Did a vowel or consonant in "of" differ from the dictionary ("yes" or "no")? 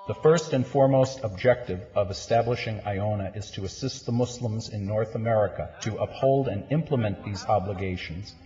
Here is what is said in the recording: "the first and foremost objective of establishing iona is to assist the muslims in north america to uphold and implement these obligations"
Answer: no